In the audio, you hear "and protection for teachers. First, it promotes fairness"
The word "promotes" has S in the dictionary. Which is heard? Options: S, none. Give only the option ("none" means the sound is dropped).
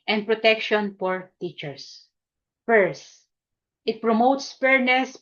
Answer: S